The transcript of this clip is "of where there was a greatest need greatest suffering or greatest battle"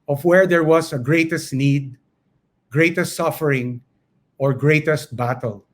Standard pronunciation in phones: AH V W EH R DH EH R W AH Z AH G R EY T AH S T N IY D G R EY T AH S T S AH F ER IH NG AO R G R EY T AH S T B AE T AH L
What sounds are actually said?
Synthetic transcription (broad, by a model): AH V W EH R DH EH R W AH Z AH G R EY T AH S T N IY D G R EY T AH S T S AH F ER IH NG AO R G R EY T AH S T B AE T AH L